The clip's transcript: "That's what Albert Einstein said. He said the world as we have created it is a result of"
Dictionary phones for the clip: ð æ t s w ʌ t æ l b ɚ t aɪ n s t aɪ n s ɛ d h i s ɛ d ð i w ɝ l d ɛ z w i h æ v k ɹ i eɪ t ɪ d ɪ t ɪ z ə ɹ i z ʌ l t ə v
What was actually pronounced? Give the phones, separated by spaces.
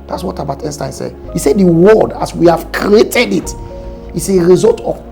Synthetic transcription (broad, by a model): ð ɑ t s w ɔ t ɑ b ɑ t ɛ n s t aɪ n s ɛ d h i s ɛ d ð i w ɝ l d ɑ s w i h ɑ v k ɹ i eɪ t ɪ d ɪ t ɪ s ə ɹ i z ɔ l t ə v